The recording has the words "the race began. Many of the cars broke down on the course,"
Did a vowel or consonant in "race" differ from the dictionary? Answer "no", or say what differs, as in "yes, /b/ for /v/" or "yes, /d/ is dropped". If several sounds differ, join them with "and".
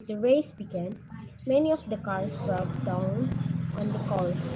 no